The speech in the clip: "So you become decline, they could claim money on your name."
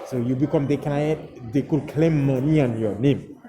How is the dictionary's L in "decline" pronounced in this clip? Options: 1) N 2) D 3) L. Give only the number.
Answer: 1